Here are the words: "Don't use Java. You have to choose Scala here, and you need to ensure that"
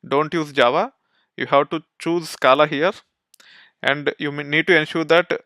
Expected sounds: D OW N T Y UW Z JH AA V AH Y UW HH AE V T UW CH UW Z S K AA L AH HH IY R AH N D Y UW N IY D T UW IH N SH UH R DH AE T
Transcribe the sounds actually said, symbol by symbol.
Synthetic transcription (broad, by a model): D OW N T Y UW Z JH AA V AH Y UW HH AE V T UW CH UW Z S K AA L AH HH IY R AH N D Y UW N IY D T UW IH N SH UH R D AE T